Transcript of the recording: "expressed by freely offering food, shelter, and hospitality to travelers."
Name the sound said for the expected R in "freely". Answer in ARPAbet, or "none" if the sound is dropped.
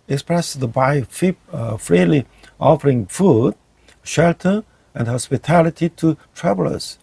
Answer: R